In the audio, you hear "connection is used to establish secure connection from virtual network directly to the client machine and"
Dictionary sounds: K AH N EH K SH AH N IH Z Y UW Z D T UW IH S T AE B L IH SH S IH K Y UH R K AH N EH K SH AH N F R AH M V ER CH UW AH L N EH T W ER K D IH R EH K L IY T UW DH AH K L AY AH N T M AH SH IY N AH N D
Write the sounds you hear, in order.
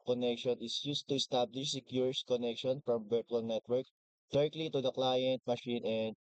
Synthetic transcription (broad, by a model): K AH N EH K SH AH N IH S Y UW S T UW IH S T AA B L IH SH S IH K Y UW R K AH N EH K SH AH N F R AH M B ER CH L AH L N EH T W ER K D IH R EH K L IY T UW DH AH K L AY AH N T M AH SH IY N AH N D